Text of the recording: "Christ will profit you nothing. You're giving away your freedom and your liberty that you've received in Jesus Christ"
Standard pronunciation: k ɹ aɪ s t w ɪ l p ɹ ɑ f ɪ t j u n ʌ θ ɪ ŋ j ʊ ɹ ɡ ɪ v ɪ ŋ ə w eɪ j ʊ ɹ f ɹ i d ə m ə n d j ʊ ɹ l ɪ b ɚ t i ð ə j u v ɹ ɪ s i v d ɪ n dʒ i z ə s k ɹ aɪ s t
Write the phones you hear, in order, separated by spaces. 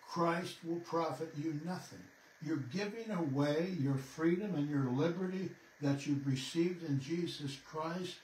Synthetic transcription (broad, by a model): k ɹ aɪ s t w ɪ l p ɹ ɑ f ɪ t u n ʌ θ ɪ ŋ j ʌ ɹ ɡ ɪ v ɪ ŋ ə w eɪ j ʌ ɹ f ɹ i d ə m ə n j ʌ ɹ l ɪ b ɚ t i ð ə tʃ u v ɹ ɪ s i v d ɪ n dʒ i z ə s k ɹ aɪ s t